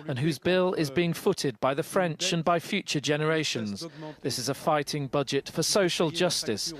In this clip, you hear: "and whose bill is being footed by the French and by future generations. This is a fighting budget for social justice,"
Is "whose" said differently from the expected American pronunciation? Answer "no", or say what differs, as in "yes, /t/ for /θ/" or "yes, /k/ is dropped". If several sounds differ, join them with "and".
no